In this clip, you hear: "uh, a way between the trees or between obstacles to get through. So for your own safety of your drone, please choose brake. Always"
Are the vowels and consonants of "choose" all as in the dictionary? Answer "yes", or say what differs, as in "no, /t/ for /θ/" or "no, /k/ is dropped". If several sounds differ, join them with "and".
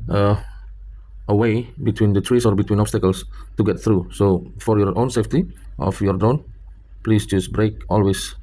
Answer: no, /s/ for /z/